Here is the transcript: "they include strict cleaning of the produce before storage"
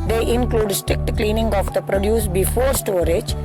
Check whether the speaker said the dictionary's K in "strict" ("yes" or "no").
yes